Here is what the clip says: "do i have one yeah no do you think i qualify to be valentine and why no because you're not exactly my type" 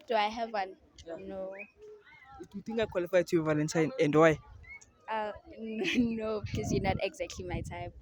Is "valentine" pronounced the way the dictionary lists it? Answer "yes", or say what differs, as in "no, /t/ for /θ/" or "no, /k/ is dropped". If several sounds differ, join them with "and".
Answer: no, /n/ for /l/